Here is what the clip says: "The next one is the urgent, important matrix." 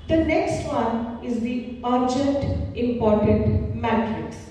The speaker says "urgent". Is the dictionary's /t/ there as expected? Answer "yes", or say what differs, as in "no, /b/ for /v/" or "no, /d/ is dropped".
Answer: yes